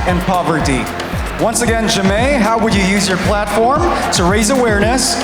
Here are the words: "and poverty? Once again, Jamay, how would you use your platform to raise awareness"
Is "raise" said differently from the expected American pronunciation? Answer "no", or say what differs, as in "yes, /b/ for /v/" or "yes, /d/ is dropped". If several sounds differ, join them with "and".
no